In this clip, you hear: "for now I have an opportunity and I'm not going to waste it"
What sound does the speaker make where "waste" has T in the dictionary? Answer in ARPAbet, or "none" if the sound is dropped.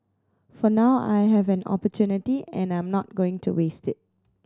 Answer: T